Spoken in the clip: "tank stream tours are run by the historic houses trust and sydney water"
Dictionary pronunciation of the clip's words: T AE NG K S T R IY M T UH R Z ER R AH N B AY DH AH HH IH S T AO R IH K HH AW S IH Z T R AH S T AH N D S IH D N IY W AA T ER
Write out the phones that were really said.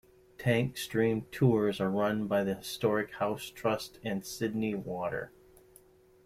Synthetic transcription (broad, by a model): T AE NG K S T R IY M T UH R Z ER R AH N B AY DH AH HH IH S T AO R IH K HH AW S T R AH S T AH N S IH D N IY W AA T ER